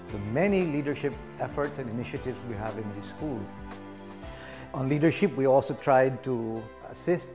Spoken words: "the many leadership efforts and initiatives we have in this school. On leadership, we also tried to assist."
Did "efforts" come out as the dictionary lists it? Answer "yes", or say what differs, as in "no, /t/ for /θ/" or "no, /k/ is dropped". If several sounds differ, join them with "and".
yes